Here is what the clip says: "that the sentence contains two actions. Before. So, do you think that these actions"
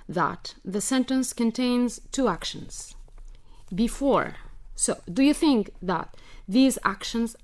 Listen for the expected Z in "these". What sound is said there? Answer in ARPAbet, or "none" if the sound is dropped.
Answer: Z